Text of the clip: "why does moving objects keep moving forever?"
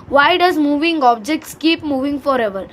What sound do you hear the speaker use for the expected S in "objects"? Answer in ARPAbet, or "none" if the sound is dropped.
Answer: S